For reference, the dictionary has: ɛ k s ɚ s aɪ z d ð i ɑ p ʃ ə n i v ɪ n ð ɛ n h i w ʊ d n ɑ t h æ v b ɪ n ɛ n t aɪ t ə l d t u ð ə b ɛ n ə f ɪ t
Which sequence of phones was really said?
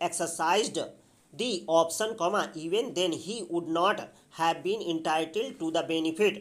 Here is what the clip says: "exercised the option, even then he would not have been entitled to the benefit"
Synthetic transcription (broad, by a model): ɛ k s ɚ s aɪ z d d i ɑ p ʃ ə n i v ɪ n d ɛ n h i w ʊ d n ɑ t h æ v b ɪ n ɛ n t aɪ t ə l d t u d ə b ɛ n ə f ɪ t